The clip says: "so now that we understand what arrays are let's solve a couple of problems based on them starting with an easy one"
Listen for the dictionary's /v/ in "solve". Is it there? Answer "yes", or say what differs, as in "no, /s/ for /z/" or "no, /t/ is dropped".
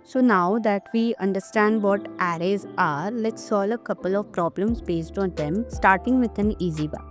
no, /v/ is dropped